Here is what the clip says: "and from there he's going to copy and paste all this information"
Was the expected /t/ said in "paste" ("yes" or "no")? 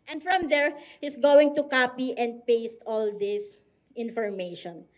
yes